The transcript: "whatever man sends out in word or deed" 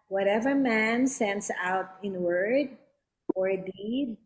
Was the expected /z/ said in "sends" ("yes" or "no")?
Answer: no